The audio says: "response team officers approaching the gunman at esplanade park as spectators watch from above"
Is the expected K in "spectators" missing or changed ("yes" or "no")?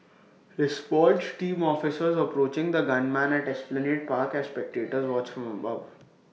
no